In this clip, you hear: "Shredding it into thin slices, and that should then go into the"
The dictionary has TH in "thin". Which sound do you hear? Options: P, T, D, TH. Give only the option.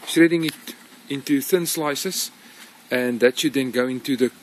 TH